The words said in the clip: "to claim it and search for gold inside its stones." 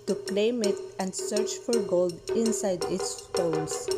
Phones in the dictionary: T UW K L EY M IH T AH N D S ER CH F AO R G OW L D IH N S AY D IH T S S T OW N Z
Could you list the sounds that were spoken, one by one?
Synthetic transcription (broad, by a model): T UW K L EY M IH T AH N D S ER CH F AO R G OW L D IH N S AY D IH T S S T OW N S